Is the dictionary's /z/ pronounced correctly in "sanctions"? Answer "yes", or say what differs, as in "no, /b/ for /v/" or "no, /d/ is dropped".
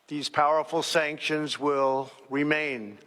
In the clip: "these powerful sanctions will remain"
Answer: yes